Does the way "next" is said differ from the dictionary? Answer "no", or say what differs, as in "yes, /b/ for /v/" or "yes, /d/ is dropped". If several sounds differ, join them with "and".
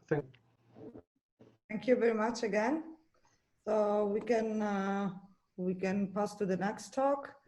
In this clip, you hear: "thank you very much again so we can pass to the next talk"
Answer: no